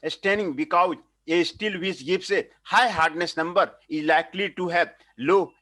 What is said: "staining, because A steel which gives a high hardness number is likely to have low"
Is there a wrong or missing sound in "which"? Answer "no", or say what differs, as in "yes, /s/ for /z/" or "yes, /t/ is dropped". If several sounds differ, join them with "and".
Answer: yes, /s/ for /tʃ/